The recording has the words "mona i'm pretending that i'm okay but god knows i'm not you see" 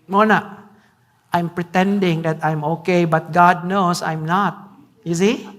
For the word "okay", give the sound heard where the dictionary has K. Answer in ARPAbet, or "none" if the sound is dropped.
K